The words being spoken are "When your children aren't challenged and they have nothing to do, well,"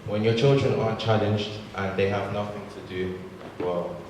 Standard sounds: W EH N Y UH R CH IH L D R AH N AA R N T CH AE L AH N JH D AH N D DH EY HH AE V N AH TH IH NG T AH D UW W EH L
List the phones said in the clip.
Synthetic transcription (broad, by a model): W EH N Y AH CH IH L D R AH N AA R CH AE L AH N JH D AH N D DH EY HH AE V N AH TH IH NG T AH D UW W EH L